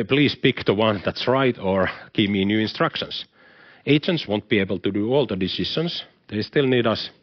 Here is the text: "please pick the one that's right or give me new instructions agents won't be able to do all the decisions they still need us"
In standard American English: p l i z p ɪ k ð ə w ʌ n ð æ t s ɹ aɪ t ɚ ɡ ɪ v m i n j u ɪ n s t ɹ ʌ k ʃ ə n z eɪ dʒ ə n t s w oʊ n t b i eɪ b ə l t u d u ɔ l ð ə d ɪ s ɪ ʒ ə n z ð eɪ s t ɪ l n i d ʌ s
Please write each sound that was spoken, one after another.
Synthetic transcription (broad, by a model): p l i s p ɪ k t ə w ʌ n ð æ t s ɹ aɪ t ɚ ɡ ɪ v m i n j u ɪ n s t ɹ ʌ k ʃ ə n s eɪ dʒ ə n t s w oʊ n t b i eɪ b ə l t u d u ɔ l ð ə d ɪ s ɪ ʃ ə n s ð eɪ s t ɪ l n i d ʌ s